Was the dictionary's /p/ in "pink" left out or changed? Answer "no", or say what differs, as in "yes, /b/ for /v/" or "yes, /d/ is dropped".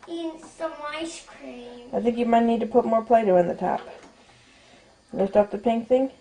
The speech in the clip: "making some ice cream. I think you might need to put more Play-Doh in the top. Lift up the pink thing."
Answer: no